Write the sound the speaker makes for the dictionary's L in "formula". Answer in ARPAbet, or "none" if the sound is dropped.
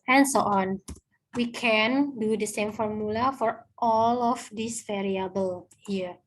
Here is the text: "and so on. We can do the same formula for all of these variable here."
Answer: L